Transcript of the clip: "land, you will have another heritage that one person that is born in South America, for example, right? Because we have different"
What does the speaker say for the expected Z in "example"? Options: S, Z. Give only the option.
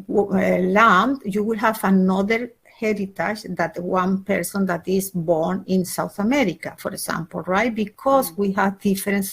S